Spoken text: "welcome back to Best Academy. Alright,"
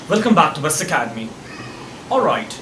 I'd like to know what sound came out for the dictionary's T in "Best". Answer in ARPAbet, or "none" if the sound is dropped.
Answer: none